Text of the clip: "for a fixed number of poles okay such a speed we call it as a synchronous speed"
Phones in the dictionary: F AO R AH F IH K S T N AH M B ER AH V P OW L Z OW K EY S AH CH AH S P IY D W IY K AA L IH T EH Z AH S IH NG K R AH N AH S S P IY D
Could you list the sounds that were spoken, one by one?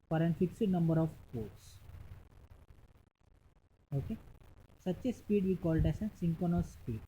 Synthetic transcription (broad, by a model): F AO R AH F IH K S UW N AH M B ER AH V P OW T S OW K EY S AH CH AH S P IY D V IY K AA L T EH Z AH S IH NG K AH N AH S S P IY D